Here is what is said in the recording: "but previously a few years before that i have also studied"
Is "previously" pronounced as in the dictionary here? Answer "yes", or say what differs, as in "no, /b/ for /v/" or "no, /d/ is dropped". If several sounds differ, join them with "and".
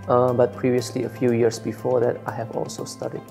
yes